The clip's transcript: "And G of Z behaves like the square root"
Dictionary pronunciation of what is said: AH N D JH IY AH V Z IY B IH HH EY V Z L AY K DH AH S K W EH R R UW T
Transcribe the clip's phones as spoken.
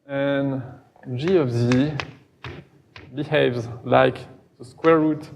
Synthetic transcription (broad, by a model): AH N JH IY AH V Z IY B IH HH EY V Z L AY K DH AH S K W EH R R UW T